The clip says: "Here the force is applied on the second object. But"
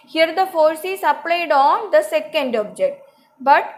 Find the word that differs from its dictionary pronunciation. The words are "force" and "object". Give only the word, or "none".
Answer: none